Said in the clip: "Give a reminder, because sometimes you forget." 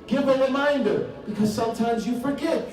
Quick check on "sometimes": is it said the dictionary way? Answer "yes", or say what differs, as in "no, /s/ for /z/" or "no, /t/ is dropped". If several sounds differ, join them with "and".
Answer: yes